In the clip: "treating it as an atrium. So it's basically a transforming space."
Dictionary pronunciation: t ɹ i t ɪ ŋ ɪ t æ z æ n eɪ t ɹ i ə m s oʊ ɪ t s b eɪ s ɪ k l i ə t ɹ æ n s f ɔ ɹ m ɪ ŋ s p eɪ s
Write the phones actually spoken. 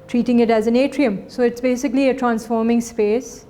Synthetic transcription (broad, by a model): t ɹ i t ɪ ŋ ɪ t æ z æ n eɪ t ɹ i ə m s oʊ ɪ t s b eɪ s ɪ k l i ə t ɹ æ n s f ɔ ɹ m ɪ ŋ s p eɪ s